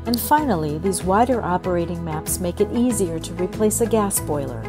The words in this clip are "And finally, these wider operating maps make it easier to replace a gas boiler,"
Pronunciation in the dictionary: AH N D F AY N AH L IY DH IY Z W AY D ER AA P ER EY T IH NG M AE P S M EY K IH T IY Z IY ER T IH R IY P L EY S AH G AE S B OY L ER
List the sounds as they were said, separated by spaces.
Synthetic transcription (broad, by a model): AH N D F AY N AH L IY DH IY Z W AY D ER AA P ER EY T IH NG M AE P S M EY K IH T IY Z IY ER T IH R IY P L EY S AH G AE S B OY L ER